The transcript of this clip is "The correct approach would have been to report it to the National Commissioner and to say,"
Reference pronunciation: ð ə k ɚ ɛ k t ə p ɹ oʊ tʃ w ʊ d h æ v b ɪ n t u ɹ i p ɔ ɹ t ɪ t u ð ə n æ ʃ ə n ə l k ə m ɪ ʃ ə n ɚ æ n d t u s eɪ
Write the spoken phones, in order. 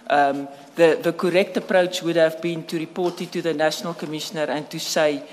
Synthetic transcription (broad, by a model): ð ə k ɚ ɛ k t ə p ɹ oʊ tʃ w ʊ d h æ v b ɪ n t u ɹ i p ɔ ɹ t ɪ t u ð ə n æ ʃ ə n ə l k ə m ɪ ʃ ə n ɚ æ n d t u s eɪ